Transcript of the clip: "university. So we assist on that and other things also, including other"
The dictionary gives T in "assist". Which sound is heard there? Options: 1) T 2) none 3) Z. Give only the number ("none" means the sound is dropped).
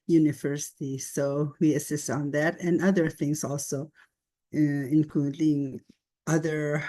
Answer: 1